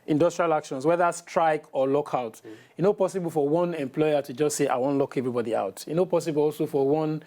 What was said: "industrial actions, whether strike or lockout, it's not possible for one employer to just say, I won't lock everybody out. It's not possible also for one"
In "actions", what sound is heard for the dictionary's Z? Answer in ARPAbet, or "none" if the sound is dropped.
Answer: S